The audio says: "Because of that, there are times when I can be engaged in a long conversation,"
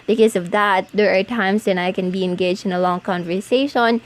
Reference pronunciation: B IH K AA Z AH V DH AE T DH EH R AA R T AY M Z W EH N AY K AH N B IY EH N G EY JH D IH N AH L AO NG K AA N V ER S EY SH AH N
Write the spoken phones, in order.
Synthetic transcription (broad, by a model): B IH K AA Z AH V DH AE T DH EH R AA R T AY M S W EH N AY K AH N B IY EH N G EY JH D IH N AH L AO NG K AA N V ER S EY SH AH N